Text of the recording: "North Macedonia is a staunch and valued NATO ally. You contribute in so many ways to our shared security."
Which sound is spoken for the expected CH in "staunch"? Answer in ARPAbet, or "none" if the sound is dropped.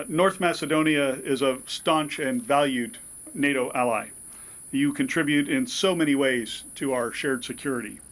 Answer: CH